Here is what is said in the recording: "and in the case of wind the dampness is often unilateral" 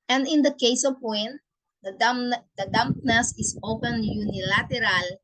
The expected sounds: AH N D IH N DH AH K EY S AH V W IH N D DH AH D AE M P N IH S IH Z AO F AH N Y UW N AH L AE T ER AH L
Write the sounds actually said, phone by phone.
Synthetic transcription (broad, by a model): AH N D IH N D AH K EY S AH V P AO N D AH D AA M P N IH S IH S AO P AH N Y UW N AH L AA T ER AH L